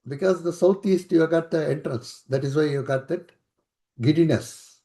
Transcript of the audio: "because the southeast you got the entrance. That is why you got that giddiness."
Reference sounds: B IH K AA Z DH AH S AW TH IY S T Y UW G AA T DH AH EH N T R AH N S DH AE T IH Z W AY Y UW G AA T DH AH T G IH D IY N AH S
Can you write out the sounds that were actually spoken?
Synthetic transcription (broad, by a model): B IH K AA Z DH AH S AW T IY S T Y UW G AA T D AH EH N T R AH N S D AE T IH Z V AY Y UW G AA T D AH T G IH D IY N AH S